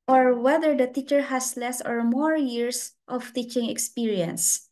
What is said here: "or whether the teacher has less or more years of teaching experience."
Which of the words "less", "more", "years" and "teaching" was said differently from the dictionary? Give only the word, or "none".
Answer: years